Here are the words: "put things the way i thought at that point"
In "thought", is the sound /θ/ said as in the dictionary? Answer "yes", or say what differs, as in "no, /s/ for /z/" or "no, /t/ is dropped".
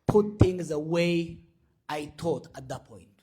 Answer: no, /t/ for /θ/